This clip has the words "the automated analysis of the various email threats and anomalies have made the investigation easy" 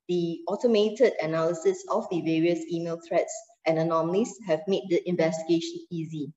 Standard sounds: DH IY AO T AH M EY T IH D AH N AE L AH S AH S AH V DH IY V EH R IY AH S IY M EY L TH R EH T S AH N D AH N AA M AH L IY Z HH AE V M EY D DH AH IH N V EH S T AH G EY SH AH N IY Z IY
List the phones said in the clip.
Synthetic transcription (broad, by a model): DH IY AO T AH M EY T IH D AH N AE L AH S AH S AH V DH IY V EH R IY AH S IY M EY L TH R EH T S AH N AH N AA M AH L IY S HH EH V M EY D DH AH IH N V EH S T AH G EY SH AH N IY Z IY